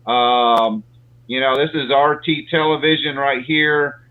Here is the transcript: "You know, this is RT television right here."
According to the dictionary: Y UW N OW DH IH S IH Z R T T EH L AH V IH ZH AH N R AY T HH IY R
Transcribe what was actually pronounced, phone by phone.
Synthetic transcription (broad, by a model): Y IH N OW DH IH S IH Z R T T EH L AH V IH ZH AH N R AY T HH IY R